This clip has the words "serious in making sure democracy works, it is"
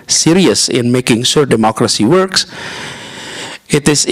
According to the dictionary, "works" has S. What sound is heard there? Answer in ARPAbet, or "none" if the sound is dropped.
S